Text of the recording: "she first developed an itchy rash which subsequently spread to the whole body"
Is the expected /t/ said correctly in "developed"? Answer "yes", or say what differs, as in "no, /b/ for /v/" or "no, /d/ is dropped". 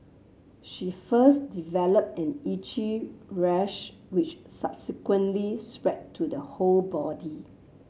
yes